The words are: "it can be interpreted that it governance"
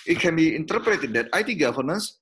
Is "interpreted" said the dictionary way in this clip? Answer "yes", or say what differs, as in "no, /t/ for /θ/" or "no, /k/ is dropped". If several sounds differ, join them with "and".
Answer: yes